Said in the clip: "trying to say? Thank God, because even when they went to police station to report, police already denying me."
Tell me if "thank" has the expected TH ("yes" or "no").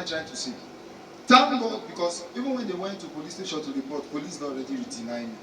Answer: no